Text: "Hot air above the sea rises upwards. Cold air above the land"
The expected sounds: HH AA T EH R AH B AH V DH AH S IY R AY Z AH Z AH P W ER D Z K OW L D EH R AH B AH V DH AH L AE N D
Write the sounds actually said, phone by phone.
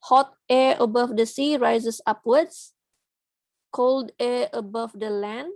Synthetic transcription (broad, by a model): HH AA T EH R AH B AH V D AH S IY R AY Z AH S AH P W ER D S K OW L D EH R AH B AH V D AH L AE N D